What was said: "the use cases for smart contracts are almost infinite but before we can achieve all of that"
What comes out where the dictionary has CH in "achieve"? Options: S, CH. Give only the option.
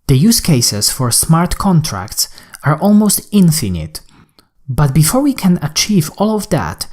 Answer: CH